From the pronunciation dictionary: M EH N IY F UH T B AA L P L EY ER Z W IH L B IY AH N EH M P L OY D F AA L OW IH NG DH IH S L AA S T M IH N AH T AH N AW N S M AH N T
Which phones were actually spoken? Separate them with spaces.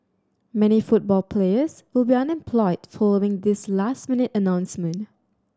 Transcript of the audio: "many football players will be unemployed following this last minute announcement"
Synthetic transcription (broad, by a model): M EH N IY F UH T B AA L P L EY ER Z W IH L B IY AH N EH M P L OY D F AA L OW IH NG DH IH S L AA S T M IH N AH T AH N AW N S M AH N T